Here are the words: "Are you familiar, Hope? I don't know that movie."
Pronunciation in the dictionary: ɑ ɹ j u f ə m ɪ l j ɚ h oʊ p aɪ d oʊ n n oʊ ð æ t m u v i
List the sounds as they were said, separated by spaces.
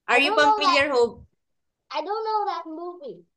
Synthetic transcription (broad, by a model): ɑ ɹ j u p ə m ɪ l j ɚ h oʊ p aɪ d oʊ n n oʊ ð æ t m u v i